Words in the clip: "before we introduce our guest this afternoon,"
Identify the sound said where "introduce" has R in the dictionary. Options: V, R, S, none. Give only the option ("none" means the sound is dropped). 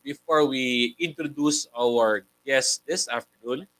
R